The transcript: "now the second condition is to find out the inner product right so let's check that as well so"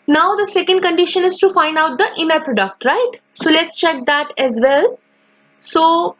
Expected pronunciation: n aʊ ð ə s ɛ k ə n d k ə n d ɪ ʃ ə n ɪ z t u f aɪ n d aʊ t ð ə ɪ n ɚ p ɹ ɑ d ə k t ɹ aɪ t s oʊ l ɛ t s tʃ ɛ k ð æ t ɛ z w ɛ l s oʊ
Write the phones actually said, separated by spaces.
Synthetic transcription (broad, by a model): n aʊ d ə s ɛ k ə n d k ə n d ɪ ʃ ə n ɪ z t u f aɪ n d aʊ t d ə ɪ n ɚ p ɹ ɑ d ə k t ɹ aɪ t s oʊ l ɛ t s tʃ ɛ k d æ t ɛ z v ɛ l s oʊ